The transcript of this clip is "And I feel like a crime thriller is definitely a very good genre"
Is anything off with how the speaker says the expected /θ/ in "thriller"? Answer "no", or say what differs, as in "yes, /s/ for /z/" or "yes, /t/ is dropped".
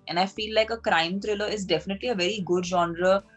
yes, /t/ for /θ/